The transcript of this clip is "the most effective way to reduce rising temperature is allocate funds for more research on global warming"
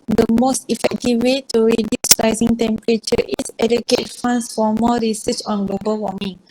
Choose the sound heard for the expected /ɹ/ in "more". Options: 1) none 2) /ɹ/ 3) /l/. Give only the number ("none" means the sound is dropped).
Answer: 3